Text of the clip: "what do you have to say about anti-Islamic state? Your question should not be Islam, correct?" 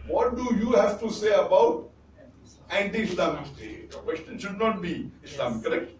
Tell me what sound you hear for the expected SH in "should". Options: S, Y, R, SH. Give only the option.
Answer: SH